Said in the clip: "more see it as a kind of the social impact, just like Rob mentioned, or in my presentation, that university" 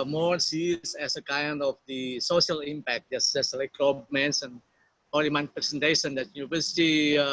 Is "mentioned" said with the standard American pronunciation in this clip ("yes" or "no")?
no